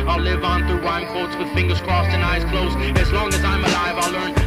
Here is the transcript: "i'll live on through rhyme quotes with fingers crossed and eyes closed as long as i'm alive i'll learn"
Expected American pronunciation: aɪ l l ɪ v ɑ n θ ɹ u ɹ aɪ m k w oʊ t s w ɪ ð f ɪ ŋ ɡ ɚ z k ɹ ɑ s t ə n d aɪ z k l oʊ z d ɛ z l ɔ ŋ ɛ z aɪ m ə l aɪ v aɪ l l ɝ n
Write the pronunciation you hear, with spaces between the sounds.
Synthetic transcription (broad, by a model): aɪ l l ɪ v n θ ɹ u w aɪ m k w oʊ t s w ɪ ð f ɪ ŋ ɡ ɚ z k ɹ ɑ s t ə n aɪ z k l oʊ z ɪ z l ɔ ŋ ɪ z aɪ m ə l aɪ v aɪ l l ɝ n